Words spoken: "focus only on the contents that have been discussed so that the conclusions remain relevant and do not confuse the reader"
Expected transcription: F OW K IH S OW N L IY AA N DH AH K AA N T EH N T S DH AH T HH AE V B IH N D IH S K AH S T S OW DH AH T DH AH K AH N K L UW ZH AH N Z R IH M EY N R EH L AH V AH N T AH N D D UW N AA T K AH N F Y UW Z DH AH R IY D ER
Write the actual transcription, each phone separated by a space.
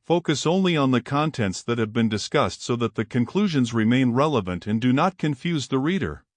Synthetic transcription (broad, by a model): F OW K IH S OW N L IY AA N DH AH K AA N T EH N T S DH AH T HH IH V B IH N D IH S K AH S T S OW DH AH T DH AH K AH N K L UW ZH AH N Z R IH M EY N R EH L AH V AH N T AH N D D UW N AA T K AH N F Y UW Z DH AH R IY D ER